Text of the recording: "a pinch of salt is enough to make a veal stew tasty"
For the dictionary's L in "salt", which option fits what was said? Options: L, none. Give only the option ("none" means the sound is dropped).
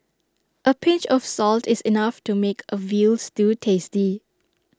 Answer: L